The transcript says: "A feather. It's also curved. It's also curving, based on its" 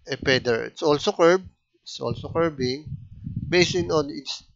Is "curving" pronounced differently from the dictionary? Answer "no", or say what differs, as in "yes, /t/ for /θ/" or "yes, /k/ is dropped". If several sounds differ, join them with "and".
yes, /b/ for /v/